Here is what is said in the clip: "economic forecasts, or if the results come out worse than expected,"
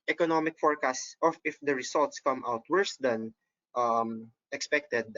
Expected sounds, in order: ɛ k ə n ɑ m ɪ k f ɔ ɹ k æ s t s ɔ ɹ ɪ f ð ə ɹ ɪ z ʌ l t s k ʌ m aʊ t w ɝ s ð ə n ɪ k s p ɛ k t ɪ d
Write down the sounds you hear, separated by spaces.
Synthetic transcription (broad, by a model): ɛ k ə n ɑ m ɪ k f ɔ ɹ k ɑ s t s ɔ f ɪ f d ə ɹ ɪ s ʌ l t s k ʌ m aʊ t w ɝ s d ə n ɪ k s p ɛ k t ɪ d